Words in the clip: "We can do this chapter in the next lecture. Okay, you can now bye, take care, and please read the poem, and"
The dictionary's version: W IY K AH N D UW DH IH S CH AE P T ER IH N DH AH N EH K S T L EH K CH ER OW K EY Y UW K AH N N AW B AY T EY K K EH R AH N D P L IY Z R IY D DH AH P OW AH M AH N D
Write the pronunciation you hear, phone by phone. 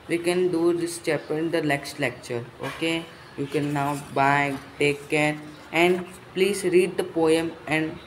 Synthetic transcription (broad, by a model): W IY K AH N D UW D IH S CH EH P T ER IH N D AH L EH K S T L EH K CH ER OW K EY Y UW K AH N N AW B AY T EY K K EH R AH N D P L IY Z R IY D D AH P OW AH M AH N D